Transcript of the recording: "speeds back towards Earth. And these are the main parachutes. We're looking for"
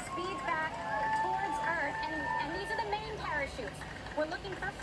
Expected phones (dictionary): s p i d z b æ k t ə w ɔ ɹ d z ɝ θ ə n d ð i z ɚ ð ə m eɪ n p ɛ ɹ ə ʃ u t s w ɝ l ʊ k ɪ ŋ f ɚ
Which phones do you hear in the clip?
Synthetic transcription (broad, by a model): s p i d b æ k t ə w ɔ ɹ d z ɝ θ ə n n ð i z ɚ ð ə m eɪ n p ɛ ɹ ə ʃ u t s w ɝ l ʊ k ɪ ŋ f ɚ